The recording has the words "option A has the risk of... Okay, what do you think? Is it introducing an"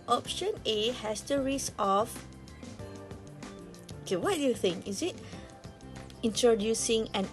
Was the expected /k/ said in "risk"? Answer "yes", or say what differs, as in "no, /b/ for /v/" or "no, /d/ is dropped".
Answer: no, /k/ is dropped